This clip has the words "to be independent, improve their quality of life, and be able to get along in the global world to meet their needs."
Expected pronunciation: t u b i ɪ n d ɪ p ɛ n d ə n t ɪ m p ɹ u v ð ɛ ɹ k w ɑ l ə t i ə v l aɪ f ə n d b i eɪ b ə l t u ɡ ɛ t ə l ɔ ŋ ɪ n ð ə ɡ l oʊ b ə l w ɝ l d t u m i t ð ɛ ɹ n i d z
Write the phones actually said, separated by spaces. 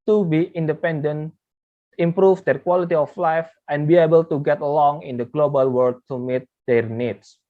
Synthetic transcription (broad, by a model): t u b i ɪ n d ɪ p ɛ n d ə n ɪ m p ɹ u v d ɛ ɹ k w ɑ l ə t i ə f l aɪ f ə n b i eɪ b ə l t u ɡ ɛ t ə l ɔ ŋ ɪ n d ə ɡ l oʊ b ə l w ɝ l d t u m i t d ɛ ɹ n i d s